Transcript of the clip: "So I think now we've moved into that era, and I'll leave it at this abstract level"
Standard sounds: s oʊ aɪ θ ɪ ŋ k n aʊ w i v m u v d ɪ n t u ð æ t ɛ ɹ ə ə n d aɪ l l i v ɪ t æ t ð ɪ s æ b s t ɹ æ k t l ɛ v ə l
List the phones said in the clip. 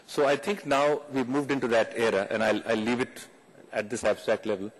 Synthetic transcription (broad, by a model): s oʊ aɪ t ɪ ŋ k n aʊ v i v m u v d ɪ n t u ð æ t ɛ ɹ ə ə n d aɪ l l i v ɪ t æ t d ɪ s æ b s t ɹ æ k t l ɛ v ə l